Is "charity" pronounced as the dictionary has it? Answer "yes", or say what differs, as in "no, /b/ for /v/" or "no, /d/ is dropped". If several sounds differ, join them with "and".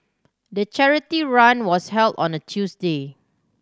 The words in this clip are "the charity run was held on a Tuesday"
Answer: yes